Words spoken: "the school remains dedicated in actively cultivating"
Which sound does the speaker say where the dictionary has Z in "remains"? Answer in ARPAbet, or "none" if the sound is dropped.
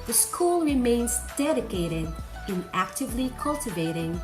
Z